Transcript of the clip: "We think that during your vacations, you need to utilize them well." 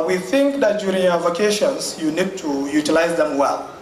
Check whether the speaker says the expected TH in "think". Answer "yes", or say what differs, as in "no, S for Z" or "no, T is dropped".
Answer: yes